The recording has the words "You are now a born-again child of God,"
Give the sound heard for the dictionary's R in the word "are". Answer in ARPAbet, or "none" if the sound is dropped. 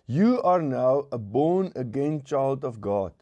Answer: R